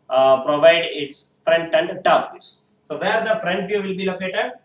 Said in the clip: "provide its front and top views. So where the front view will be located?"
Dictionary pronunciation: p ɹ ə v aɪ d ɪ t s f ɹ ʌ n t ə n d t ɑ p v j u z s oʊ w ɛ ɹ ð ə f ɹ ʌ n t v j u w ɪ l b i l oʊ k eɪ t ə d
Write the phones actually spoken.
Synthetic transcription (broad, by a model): p ɹ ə v aɪ d ɪ t s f ɹ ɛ n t ə n d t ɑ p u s s oʊ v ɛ ɹ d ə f ɹ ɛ n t v j u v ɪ l b i l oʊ k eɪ t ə d